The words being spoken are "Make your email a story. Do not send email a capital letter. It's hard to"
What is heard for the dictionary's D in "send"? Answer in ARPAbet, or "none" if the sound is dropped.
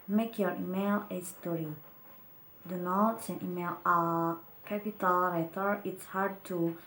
none